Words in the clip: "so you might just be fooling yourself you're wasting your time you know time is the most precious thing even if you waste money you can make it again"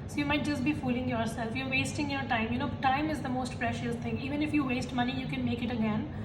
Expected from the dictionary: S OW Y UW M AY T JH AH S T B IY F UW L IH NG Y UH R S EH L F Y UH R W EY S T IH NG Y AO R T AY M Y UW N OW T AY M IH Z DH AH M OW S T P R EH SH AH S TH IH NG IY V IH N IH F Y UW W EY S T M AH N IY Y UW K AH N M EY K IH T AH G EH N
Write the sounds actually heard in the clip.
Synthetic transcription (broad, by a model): S OW Y UW M AY T JH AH S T B IY F UW L IH NG Y UH R S EH L F Y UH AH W EY S T IH NG Y AO R T AY M Y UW N OW T AY M IH Z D AH M OW S T P R EH SH AH S T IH NG IY V IH N IH F Y UW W EY S T M AH N IY Y UW K AH N M EY K IH T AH G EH N